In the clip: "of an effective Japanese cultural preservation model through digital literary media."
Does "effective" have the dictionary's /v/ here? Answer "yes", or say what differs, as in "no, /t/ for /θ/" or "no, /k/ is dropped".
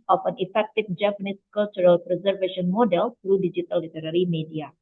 no, /f/ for /v/